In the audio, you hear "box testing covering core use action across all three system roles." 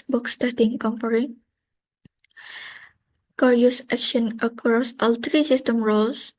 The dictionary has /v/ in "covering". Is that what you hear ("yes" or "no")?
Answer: no